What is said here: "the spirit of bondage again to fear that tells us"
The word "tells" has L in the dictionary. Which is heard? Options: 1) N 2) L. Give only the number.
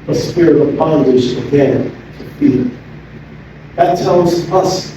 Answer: 1